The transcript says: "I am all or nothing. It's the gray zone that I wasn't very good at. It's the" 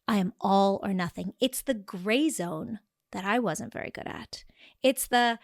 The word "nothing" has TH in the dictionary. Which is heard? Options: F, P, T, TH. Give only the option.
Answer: TH